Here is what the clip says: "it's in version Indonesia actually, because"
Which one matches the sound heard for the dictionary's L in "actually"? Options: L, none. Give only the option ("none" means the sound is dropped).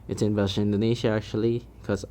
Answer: none